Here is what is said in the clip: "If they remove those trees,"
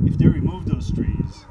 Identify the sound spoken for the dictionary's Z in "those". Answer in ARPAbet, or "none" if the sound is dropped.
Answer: S